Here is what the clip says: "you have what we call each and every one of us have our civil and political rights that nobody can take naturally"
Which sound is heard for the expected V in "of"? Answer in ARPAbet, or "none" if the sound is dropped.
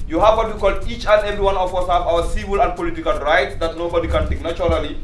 W